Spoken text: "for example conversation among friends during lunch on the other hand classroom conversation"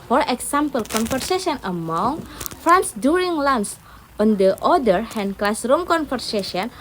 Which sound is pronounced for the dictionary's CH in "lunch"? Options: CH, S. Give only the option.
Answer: S